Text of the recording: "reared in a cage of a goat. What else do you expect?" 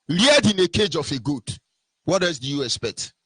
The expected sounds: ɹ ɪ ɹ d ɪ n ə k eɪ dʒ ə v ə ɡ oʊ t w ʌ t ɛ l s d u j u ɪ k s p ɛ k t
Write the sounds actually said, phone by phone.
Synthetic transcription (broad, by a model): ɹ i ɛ d ɪ n ə k eɪ dʒ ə f ə ɡ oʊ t w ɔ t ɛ s d u j u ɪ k s p ɛ k t